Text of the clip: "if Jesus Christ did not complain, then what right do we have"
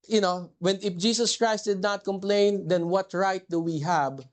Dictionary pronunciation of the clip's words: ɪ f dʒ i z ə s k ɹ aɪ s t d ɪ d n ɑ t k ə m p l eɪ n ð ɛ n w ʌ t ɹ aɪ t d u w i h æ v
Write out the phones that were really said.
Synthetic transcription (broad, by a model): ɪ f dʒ i s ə s k ɹ aɪ s t d ɪ d n ɑ t k ə m p l eɪ n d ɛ n w ʌ t ɹ aɪ t d u w i h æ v